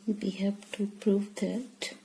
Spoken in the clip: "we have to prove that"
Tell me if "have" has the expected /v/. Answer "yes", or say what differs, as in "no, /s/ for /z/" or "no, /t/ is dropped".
no, /p/ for /v/